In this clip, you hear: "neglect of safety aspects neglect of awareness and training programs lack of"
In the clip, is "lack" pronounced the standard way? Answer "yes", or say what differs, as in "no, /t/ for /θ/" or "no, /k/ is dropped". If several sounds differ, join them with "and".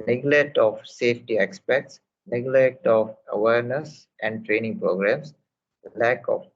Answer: yes